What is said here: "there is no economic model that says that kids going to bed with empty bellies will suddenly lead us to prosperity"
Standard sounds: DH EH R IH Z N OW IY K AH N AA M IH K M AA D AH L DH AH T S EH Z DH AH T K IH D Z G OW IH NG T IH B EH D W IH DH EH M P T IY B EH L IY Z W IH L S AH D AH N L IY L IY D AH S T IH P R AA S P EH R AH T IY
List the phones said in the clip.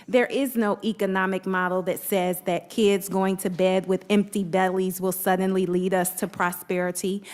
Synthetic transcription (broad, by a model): DH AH R IH Z N OW IY K AH N AA M IH K M AA D L DH AH T S EH Z DH AH T K IH D Z G OW IH NG T IH B EH D W IH DH EH M P T IY B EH L IY Z W IH L S AH D N L IY L IY D AH S T IH P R AA S P EH R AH T IY